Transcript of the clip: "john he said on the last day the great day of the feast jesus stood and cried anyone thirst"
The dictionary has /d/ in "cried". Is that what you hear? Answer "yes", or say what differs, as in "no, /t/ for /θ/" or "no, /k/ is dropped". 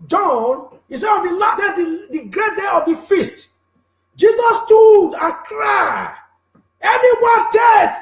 no, /d/ is dropped